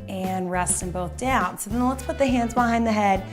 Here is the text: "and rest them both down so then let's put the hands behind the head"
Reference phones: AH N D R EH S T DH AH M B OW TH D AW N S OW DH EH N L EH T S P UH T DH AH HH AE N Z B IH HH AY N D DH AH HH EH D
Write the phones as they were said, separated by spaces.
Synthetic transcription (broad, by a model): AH N R EH S T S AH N B OW TH D AW N S OW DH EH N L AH T S P UH T DH AH HH AE N Z B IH HH AY N DH AH HH EH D